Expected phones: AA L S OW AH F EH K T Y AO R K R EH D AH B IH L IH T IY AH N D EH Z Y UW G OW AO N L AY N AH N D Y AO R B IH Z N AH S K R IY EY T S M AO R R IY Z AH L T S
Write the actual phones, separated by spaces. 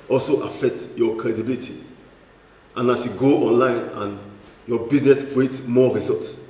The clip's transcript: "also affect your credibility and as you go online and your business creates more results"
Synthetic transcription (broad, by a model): AA L S OW AH F EH K T Y AO K R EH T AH B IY L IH T IY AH N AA S Y UW G OW AO N L AY N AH N Y AO B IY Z N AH S K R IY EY T M AO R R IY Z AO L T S